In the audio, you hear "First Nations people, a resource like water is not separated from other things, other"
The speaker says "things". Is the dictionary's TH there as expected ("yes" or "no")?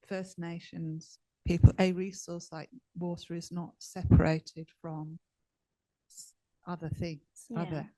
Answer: yes